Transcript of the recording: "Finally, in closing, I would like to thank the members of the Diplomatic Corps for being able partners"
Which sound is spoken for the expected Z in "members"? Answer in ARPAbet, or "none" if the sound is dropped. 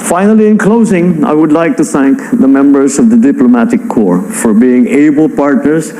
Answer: Z